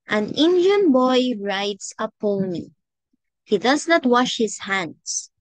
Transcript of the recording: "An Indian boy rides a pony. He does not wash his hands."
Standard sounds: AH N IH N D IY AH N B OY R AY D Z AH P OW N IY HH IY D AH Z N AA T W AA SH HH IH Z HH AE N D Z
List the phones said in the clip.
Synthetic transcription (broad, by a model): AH N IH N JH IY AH N B OY R AY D S AH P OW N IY HH IY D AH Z N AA T W AA SH HH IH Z HH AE N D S